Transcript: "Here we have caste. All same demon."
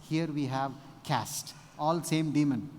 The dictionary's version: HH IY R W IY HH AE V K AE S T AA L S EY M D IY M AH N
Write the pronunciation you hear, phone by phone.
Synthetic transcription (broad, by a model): HH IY R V IY HH AE V K AE S T AA L S EY M D IY M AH N